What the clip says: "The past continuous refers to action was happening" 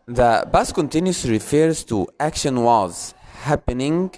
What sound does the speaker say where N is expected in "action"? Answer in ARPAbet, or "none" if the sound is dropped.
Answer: N